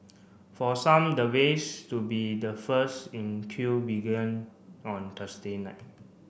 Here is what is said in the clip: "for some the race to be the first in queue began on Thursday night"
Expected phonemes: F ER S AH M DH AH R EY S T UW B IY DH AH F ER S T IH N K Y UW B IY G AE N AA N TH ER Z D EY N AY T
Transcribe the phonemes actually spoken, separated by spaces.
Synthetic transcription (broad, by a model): F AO S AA M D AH W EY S T UW B IY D AH F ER S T IH N K Y UW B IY G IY N AA N T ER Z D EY N AY T